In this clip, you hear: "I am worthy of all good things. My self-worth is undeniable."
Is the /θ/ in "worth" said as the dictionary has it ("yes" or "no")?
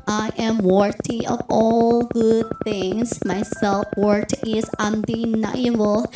no